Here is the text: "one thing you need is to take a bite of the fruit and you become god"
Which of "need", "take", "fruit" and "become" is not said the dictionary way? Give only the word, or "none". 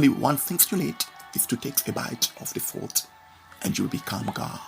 fruit